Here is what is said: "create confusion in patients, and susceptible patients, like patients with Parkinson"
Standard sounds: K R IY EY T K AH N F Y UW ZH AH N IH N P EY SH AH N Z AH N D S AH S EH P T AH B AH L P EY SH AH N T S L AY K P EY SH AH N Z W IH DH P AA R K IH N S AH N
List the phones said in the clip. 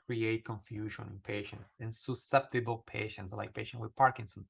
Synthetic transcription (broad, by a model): K R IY EY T K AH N F Y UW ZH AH N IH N P EY SH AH N S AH N S AH S EH P T AH B AH L P EY SH AH N T S L AY K P EY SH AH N W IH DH P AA R K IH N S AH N